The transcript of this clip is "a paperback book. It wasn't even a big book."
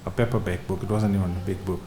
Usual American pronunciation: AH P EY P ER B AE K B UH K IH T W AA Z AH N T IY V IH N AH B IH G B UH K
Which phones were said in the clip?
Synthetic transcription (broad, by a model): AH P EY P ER B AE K B UH K IH T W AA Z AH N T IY W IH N B IH G B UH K